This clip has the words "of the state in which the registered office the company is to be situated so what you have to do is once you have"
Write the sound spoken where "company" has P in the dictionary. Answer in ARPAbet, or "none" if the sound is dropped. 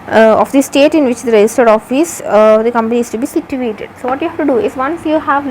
P